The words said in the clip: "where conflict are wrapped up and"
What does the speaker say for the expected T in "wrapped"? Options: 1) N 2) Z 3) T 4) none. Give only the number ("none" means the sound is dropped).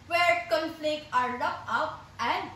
4